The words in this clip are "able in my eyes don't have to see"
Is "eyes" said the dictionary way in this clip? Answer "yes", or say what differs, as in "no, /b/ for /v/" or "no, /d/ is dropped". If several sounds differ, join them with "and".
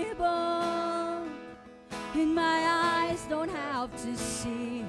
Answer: yes